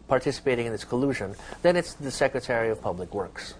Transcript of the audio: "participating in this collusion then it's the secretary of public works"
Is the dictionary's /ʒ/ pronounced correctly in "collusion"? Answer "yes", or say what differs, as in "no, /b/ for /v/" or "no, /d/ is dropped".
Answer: yes